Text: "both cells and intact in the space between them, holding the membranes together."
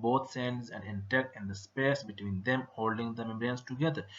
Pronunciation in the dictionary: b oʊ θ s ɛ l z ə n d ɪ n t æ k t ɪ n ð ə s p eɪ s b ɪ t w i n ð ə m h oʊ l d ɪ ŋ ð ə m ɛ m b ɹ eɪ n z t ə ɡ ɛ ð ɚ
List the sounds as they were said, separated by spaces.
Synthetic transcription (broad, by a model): b oʊ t s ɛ n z ə n d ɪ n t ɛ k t ɪ n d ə s p eɪ s b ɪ t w i n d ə m h oʊ l d ɪ ŋ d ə m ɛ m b ɹ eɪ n s t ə ɡ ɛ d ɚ